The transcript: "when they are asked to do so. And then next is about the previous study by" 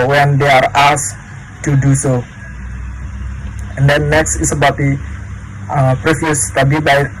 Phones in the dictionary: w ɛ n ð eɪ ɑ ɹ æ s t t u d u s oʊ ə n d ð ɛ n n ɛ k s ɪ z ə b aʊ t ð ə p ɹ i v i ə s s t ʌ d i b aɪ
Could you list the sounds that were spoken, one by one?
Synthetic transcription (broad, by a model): w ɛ n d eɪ ɑ ɹ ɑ s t t u d u s oʊ ə n d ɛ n n ɛ k s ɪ s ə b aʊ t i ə p ɹ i f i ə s s t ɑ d i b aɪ